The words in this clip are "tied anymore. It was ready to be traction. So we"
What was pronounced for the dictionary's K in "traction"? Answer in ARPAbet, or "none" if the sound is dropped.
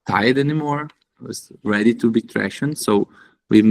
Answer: none